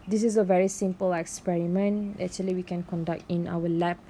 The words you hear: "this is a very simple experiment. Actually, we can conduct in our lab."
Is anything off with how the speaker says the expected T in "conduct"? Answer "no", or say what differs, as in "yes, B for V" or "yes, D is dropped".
no